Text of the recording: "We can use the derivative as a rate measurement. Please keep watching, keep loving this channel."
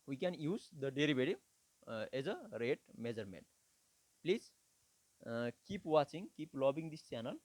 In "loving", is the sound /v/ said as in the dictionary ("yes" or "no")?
no